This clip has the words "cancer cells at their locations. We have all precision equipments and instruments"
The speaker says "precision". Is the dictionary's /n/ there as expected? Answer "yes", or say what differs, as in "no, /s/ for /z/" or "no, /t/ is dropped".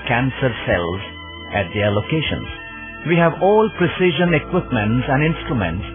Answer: yes